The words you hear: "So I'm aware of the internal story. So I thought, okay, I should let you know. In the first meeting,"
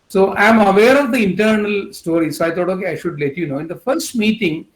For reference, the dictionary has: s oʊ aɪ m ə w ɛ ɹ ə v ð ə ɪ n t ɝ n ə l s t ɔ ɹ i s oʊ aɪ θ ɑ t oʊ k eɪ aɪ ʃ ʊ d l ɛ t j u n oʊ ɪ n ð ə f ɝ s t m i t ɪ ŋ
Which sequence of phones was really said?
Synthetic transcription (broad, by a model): s oʊ aɪ m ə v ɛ ɹ ə v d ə ɪ n t ɝ n ə l s t ɔ ɹ i s oʊ aɪ t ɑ t oʊ k eɪ aɪ ʃ ʊ d l ɛ t j u n oʊ ɪ n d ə f ɝ s t m i t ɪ ŋ